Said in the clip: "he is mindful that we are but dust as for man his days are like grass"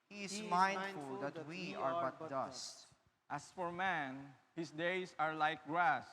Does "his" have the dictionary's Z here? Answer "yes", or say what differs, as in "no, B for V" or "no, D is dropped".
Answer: no, S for Z